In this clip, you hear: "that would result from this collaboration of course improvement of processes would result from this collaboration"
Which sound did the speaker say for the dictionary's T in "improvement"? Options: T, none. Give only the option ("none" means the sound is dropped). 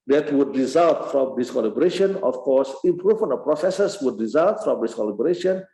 none